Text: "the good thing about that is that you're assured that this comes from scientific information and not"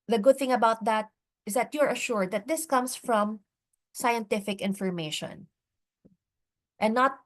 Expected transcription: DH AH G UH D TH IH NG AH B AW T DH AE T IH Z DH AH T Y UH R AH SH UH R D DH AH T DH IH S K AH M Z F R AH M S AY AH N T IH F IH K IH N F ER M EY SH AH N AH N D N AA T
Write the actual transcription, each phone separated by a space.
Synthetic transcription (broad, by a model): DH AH G UH D TH IH NG AH B AW T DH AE T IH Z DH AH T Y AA R AH SH UH R D DH AH T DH IH S K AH M S F R AH M S AY AH N T IH F IH K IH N F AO M EY SH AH N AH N N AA T